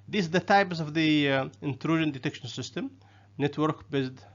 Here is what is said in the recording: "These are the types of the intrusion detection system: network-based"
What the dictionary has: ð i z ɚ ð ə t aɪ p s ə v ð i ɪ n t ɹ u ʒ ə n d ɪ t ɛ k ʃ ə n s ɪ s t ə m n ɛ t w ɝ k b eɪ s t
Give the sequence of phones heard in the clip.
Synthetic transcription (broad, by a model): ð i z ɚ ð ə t aɪ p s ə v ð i ɪ n t ɹ u ʒ ə n d ɪ t ɛ k ʃ ə n s ɪ s t ə m n ɛ t w ɝ k b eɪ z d